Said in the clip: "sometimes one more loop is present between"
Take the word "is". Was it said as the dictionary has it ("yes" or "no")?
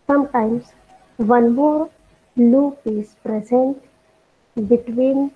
no